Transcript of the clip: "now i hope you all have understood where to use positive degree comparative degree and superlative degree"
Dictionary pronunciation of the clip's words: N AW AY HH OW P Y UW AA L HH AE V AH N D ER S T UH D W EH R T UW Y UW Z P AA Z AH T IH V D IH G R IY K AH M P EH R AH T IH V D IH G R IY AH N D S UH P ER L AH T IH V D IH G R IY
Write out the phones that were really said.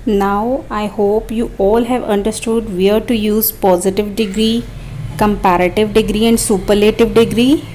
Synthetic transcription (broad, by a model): N AW AY HH OW P Y UW AA L HH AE V AH N D ER S T UH D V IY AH T UW Y UW Z P AA Z AH T IH V D IH G R IY K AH M P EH R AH T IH V D IH G R IY AH N D S UH P ER L AH T IH V D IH G R IY